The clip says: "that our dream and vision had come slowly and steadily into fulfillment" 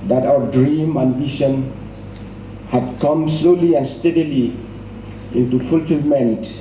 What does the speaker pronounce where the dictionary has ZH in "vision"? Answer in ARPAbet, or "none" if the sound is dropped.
SH